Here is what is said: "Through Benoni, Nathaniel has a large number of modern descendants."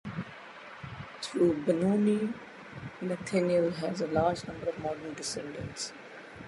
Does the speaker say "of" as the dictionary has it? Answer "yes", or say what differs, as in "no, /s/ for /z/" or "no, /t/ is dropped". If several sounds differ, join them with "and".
yes